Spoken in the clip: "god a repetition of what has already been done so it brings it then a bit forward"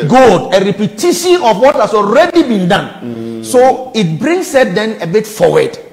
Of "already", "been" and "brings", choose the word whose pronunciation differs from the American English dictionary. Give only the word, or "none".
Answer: brings